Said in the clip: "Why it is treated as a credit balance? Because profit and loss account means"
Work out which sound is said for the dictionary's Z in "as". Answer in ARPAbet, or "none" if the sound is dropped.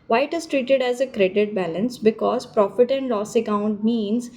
Z